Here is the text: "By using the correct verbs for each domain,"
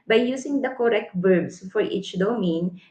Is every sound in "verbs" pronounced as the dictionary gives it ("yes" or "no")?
no